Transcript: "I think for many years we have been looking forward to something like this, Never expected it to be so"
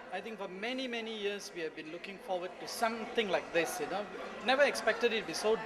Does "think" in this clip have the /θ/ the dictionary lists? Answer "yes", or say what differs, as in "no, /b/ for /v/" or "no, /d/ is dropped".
no, /t/ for /θ/